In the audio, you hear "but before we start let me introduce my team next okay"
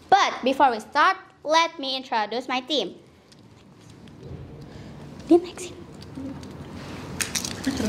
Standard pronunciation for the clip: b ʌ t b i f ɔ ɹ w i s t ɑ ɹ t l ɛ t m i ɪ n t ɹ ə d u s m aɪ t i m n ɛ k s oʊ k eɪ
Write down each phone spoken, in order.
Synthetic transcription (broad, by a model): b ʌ t b i f ɔ ɹ w i s t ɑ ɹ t l ɛ t m i ɪ n t ɹ ə d u s m aɪ t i m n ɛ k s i